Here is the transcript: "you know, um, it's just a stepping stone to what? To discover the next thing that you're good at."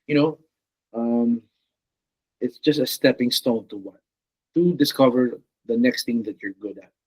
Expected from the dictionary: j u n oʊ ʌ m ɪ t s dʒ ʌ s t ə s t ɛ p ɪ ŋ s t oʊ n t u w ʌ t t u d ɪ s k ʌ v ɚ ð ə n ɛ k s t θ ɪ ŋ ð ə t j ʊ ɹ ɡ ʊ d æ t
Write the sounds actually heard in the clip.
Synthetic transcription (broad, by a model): j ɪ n oʊ ʌ m ɪ t s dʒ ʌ s t ə s t ɛ p ɪ ŋ s t oʊ n t u w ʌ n t u d ɪ s k ʌ v ɚ ð ə n ɛ k s t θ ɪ ŋ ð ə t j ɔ ɹ ɡ ʊ d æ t